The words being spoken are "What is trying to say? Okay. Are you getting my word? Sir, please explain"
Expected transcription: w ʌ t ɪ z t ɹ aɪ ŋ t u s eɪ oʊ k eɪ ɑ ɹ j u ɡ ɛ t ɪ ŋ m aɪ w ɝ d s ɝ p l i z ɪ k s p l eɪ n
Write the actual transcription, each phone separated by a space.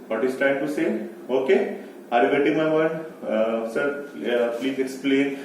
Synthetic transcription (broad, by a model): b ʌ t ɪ s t aɪ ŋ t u s eɪ oʊ k eɪ ɑ ɹ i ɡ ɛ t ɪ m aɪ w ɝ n s ɝ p l i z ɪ k s p l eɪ n